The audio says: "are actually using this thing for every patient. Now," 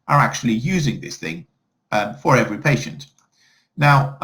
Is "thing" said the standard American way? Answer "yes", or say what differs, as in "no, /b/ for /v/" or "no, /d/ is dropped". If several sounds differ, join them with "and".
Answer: yes